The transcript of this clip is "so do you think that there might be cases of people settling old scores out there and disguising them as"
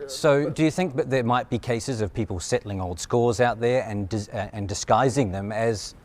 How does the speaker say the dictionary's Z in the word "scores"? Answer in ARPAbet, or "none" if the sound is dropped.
Z